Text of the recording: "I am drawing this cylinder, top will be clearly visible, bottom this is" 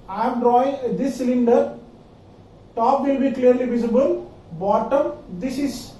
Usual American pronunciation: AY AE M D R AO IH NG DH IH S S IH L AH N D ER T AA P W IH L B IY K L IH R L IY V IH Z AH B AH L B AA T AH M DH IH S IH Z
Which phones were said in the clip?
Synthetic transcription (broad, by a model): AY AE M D R AO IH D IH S S IH L AH N D ER T AA P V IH L B IY K L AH R L IY V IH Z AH B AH L B AA T AH M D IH S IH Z